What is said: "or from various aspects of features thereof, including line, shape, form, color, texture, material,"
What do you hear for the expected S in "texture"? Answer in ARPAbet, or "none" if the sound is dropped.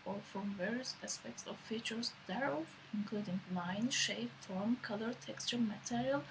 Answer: S